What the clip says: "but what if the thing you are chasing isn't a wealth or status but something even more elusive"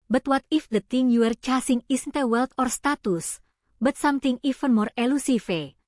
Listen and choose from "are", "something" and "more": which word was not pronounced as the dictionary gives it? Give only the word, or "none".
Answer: something